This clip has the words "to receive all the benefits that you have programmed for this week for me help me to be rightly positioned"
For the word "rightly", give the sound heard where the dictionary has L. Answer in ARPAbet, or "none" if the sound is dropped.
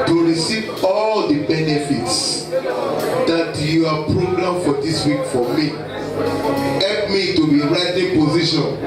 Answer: none